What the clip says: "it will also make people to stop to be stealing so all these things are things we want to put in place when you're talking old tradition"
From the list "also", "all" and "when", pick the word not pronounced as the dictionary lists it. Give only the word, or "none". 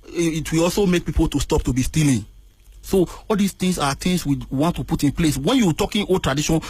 none